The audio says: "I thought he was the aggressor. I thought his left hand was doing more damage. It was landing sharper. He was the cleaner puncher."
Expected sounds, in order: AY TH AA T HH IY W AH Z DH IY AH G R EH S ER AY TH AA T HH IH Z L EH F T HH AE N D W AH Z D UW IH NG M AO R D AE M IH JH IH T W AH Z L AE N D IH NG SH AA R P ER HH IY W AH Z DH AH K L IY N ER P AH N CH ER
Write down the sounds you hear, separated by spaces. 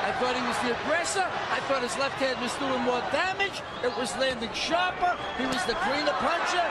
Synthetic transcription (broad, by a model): AY TH AA T HH IY W AH Z DH IY AH G R EH S ER AY TH AA T HH IH Z L EH F T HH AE D W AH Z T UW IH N M AO R D AE M IH JH IH T W AH Z L AE N D IH NG SH AA R P ER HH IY W AH Z DH AH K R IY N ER P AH N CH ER